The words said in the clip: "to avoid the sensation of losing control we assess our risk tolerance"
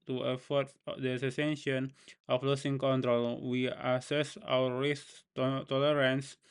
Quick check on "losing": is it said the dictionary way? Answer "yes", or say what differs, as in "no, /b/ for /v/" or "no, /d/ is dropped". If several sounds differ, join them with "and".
no, /s/ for /z/